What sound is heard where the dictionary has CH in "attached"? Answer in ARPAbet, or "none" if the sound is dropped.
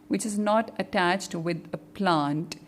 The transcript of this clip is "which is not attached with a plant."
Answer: CH